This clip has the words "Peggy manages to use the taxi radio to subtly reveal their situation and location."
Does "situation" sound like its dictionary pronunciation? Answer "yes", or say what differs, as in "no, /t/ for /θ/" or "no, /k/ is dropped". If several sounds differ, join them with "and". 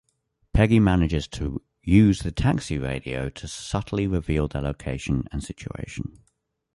no, /tʃ/ is dropped